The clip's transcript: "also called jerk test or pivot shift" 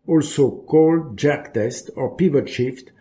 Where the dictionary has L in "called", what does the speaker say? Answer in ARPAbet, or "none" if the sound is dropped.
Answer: L